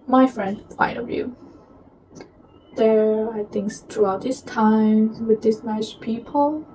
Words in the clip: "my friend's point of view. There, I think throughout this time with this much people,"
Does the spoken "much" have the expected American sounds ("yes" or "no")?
no